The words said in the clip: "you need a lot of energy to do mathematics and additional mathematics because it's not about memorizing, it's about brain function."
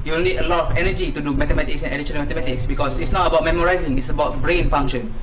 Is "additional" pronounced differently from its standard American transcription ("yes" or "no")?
yes